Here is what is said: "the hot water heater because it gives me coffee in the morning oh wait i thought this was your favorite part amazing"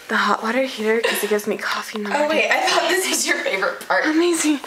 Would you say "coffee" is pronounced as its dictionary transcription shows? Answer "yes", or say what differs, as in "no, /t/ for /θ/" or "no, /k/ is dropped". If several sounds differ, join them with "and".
yes